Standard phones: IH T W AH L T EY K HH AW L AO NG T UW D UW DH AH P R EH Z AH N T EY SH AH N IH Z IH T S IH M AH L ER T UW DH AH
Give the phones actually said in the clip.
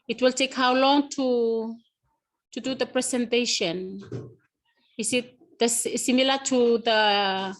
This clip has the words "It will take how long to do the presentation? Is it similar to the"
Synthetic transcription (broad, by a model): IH T W AH L T EY K HH AW L AO NG T UW D UW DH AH P R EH S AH N T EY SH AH N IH S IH T S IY M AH L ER T UW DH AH